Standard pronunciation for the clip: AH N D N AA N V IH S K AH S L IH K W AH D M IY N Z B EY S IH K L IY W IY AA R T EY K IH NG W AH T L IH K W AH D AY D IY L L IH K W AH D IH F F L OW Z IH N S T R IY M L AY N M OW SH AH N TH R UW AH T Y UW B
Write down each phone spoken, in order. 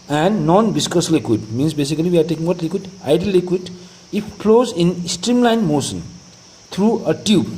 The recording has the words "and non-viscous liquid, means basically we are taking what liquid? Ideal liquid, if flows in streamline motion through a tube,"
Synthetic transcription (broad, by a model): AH N D N AA N B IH S K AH S L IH K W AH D M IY N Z B EY S IH K L IY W IY AA R T EY K IH NG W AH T L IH K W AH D AY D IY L L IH K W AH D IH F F L OW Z IH N S T R IY M L AY N M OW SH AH N T R UW AH T Y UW B